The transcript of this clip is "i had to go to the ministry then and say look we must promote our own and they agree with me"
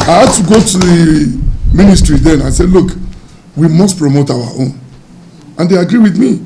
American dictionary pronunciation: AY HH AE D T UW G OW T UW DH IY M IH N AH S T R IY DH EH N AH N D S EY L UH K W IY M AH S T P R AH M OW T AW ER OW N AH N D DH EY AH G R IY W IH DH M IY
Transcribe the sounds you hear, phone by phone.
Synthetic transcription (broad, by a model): AY HH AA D T UW G OW T UW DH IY M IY N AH S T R IY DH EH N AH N S EY L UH K W IY M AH S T P R AH M OW T AW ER OW N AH N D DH EY AH G R IY W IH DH M IY